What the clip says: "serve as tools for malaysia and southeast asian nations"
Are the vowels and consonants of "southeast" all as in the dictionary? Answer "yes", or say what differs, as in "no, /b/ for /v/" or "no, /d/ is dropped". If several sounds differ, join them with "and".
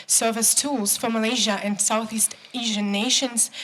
yes